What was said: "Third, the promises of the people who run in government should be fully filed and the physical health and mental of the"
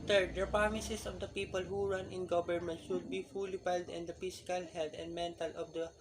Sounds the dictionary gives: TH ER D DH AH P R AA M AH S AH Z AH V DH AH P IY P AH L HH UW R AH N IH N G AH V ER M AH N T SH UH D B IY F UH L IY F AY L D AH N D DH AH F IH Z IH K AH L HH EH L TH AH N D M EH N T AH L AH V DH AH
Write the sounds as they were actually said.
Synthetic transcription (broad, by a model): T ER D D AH P R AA M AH S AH S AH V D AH P IY P AH L HH UW R AH N IH N G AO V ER M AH N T SH UH D B IY F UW L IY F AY L D AH N D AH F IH S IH K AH L HH EH L T AH N D M EH N T AH L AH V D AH